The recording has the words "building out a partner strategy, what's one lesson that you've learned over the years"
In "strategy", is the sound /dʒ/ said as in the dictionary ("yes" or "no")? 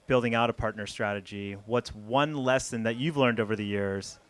yes